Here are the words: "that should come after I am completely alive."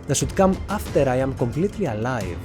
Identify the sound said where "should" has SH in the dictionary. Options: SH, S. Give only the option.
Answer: S